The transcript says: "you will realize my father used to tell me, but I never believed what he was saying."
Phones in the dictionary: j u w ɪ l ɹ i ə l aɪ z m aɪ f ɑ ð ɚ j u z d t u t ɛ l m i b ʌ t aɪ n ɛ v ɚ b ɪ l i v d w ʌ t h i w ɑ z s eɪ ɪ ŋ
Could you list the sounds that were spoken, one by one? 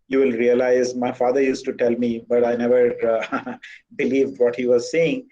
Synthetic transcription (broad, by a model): j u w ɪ l ɹ i ə l aɪ z m aɪ f ɑ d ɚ j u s t u t ɛ l m i b ʌ t aɪ n ɛ v ɚ b ɪ l i v d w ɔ t h i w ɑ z s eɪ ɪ ŋ